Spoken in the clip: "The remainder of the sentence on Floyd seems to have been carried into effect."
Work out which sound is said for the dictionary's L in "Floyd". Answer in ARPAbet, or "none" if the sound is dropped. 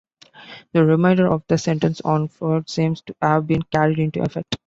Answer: none